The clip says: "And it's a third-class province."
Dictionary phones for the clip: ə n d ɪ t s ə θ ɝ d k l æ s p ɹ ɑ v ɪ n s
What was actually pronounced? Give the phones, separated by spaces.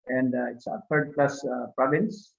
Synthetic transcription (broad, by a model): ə n d ɪ t s ə t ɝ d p l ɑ s p ɹ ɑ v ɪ n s